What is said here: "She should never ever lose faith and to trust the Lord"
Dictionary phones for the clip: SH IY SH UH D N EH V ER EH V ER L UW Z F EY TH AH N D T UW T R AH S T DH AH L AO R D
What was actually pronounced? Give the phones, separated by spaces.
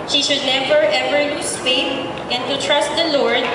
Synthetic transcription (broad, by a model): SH IY SH UH D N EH B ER EH V ER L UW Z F EY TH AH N T UW T R AH S T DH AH L AO R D